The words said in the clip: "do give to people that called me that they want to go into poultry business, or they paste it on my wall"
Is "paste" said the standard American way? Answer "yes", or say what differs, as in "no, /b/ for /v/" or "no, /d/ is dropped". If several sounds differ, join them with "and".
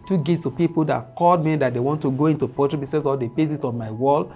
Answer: no, /t/ is dropped